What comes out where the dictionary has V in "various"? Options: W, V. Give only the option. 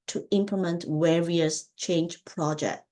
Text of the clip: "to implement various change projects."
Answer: W